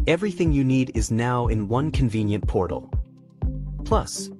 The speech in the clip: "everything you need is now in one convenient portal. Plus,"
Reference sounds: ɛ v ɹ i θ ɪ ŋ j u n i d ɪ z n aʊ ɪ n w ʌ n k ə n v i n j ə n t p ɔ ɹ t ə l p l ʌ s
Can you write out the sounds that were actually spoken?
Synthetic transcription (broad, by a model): ɛ v ɹ i θ ɪ ŋ j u n i d ɪ z n aʊ ɪ n w ʌ n k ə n v i n j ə n p ɔ ɹ t l p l ʌ s